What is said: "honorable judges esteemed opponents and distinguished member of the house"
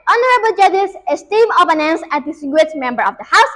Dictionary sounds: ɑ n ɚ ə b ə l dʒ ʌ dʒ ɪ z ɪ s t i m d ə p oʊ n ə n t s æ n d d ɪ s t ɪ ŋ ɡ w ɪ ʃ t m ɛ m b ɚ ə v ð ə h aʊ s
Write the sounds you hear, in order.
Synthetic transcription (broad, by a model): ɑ n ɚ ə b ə l dʒ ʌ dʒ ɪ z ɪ s t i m ə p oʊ n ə n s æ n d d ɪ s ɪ ɡ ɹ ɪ t m ɛ m b ɚ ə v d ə h aʊ s